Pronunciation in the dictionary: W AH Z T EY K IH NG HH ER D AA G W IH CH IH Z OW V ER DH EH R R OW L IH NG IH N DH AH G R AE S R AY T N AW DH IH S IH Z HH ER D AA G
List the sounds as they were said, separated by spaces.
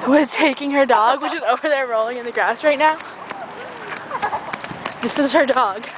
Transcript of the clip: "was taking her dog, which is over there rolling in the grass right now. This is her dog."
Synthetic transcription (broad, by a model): W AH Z T EY K IH NG ER D AA G W IH CH IH Z OW V ER DH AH R R OW L IH NG IH N DH AH G R AE S R AY T N AW DH IH S IH Z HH ER D AA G